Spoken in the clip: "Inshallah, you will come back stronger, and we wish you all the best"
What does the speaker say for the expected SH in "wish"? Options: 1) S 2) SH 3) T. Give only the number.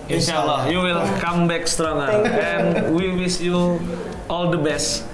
1